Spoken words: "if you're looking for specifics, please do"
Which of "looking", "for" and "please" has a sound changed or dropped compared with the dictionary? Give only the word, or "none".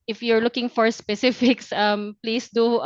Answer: please